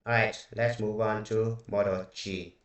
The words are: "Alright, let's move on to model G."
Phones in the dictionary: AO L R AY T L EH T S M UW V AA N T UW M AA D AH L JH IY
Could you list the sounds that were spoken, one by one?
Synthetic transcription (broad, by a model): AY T L EH T S M UW V AA N T UW M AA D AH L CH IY